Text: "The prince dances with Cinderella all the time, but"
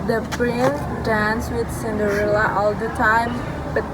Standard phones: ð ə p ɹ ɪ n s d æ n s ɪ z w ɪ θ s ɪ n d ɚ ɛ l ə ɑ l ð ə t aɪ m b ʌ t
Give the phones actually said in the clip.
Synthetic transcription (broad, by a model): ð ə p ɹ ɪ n d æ n s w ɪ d s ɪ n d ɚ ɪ l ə ɑ l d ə t aɪ m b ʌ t